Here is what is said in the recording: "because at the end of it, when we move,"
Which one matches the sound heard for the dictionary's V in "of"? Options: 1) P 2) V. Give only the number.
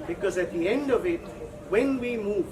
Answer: 2